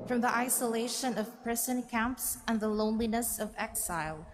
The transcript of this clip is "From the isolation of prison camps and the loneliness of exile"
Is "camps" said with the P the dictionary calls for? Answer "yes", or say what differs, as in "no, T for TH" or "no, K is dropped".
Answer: yes